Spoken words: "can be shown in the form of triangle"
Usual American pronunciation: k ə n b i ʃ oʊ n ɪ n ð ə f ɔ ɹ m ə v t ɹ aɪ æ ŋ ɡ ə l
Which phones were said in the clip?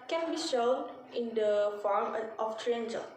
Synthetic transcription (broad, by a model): k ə n b i ʃ oʊ n ɪ n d ə f ɔ ɹ m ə f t ɹ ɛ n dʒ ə